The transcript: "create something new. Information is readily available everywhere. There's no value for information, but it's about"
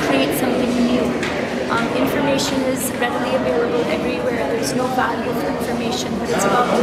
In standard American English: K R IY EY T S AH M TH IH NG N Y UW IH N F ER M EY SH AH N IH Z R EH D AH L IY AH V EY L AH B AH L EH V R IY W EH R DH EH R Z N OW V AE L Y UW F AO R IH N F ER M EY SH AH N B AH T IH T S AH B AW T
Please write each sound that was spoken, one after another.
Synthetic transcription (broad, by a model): K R IY EY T S AH M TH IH NG N Y UW IH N F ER M EY SH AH N IH Z R EH D AH L IY AH V EY L AH B AH L EH V R IY W EH R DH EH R Z N OW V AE L Y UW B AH L IH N F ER M EY SH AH N B AH T IH T S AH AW